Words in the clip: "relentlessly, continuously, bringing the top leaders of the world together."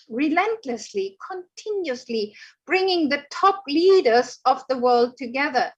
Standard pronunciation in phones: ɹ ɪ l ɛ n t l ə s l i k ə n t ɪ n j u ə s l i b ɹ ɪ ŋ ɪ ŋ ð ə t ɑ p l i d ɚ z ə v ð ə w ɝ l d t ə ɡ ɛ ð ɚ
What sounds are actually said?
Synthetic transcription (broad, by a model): ɹ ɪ l ɛ n t l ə s l i k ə n t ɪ n j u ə s l i b ɹ ɪ ŋ ɪ ŋ ð ə t ɑ p l i d ɚ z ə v ð ə w ɝ l d t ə ɡ ɛ ð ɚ